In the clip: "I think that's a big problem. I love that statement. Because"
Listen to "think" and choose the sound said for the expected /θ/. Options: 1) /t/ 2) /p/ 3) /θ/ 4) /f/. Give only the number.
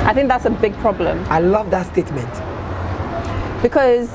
3